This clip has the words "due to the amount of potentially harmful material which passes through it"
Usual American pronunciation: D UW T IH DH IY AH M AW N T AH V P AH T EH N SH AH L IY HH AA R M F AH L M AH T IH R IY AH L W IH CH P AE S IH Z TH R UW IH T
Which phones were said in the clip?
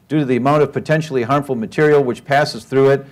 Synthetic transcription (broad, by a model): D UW T IH DH IY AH M AW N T AH V P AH T EH N SH L IY HH AA R M F L M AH T IH R IY L W IH CH P AE S IH Z TH R UW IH T